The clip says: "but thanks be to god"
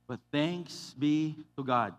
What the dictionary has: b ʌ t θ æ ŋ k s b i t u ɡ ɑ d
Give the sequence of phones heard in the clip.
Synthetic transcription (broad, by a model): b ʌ t θ æ ŋ k s b i t u ɡ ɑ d